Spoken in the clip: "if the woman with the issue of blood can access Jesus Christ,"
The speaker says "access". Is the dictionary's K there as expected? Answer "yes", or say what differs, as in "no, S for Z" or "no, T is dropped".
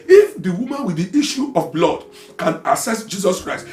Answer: no, K is dropped